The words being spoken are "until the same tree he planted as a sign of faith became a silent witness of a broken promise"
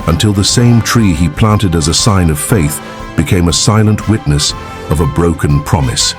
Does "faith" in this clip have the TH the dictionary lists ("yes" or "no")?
yes